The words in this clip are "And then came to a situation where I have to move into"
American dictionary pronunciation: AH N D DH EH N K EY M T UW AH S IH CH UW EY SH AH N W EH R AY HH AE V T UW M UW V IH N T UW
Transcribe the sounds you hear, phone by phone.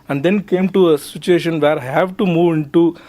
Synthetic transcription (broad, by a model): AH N D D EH N K EY M T UW AH S IH CH UW EY SH AH N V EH R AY HH AE V T UW M UW V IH N T UW